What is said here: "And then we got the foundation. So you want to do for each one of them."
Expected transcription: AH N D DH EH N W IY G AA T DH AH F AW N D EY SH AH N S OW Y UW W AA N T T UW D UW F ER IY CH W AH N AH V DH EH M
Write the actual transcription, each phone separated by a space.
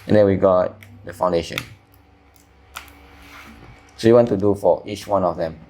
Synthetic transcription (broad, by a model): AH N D EH N W IY G AA T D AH F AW N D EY SH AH N S OW Y UW W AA N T T UW D UW F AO IY CH W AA N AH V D EH M